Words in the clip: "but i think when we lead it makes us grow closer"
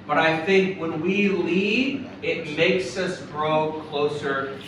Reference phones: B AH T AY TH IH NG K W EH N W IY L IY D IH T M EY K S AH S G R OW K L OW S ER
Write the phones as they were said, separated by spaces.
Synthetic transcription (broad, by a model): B AH T AY TH IH NG K W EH N W IY L IY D IH T M EY K S AH S G R OW K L OW S ER